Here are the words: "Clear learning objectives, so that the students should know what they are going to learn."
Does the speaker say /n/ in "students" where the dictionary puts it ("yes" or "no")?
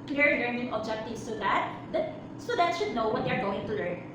no